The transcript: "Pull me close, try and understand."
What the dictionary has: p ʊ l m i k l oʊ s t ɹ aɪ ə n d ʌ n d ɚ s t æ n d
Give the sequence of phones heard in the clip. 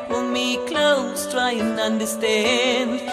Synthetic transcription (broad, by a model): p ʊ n m i k l oʊ s t ɹ aɪ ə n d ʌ n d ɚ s t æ n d